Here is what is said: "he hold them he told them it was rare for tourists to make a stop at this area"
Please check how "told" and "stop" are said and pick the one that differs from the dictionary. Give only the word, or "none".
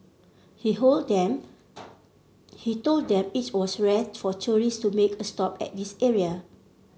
none